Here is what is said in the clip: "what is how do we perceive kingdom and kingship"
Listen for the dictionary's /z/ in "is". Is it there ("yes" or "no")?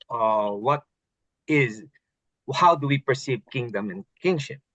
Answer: yes